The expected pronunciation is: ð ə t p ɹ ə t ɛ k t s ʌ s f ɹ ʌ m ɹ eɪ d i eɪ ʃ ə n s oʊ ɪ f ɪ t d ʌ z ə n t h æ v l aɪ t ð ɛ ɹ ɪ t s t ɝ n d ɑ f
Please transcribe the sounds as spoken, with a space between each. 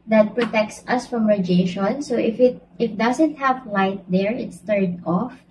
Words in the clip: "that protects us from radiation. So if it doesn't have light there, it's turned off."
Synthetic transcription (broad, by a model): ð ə t p ɹ ə t ɛ k t s ʌ s f ɹ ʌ m ɹ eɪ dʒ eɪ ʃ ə n s oʊ ɪ f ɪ t d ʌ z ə n t h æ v l aɪ t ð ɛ ɹ ɪ t s t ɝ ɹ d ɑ f